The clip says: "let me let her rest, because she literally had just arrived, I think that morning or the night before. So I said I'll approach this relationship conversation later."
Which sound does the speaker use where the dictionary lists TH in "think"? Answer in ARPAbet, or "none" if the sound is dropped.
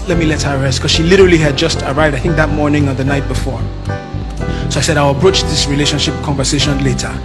TH